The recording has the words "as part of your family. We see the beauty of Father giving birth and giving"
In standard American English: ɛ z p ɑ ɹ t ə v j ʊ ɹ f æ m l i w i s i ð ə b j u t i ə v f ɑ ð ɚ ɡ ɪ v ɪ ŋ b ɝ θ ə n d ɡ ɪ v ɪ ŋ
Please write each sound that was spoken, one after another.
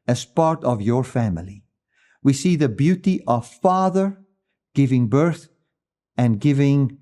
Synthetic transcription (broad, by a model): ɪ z p ɑ ɹ t ə v j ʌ ɹ f æ m l i w i s i ð ə b j u t i ə v f ɑ ð ɚ ɡ ɪ v ɪ ŋ b ɝ θ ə n ɡ ɪ v ɪ ŋ